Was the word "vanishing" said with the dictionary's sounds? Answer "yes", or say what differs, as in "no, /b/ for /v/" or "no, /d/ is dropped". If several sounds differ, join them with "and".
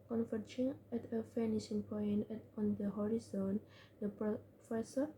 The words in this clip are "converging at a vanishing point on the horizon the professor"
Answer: no, /f/ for /v/